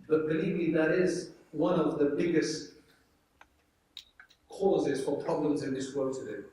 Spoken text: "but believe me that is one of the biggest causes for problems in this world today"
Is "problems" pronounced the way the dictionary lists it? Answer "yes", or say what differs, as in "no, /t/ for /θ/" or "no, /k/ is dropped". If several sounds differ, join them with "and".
yes